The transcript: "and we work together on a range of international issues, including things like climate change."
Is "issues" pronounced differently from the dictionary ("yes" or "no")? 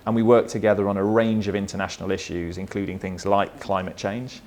no